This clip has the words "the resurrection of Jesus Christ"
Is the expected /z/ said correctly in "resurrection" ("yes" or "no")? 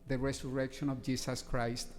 no